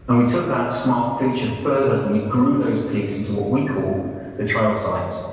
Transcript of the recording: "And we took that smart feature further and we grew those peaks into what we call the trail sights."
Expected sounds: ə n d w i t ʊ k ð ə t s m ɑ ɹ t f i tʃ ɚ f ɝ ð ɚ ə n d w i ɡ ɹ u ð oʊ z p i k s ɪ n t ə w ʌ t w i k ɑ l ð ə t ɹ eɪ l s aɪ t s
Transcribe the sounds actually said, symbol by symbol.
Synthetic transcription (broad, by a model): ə n w i t ʊ k ð ə t s m ɑ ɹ t f i tʃ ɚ f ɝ ð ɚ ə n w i ɡ ɹ u ð oʊ z p i k s ɪ n t ə w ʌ t w i k ɑ l ð ə t ɹ eɪ l s aɪ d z